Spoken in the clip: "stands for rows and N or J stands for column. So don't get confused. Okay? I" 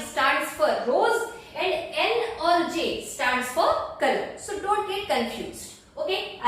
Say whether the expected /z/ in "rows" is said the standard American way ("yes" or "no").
yes